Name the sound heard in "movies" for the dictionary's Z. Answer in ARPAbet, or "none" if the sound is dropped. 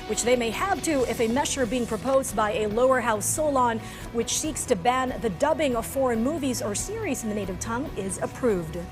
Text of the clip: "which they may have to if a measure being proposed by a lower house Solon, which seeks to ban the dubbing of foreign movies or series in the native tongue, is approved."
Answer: Z